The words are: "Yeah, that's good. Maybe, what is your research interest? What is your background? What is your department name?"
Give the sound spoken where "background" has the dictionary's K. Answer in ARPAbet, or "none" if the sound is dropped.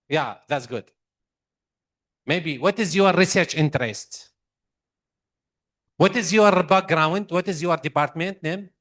none